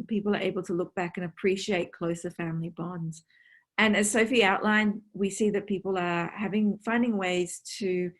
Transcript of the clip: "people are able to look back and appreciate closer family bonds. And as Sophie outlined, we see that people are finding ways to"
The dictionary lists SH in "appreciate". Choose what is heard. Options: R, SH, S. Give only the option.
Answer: SH